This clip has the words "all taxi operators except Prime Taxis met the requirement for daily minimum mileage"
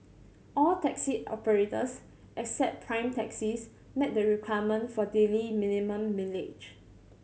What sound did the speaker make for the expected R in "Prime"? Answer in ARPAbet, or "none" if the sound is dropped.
R